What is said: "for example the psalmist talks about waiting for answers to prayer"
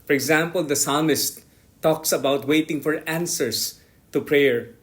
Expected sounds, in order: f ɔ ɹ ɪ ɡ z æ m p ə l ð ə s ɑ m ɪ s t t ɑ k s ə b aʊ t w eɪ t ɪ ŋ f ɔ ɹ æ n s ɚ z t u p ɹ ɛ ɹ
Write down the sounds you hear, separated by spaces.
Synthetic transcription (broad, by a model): f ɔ ɹ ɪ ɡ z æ m p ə l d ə s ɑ m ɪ s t t ɑ k s ə b aʊ t w eɪ t ɪ ŋ f ɔ ɹ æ n s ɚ s t u p ɹ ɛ ɹ